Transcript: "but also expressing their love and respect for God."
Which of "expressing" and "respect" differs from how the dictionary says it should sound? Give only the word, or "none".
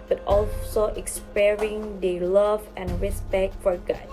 expressing